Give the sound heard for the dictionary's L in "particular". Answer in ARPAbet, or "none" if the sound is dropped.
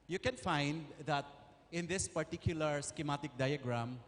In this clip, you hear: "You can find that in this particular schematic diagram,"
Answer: L